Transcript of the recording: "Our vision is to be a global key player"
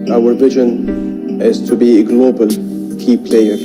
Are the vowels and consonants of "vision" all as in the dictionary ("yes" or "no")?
yes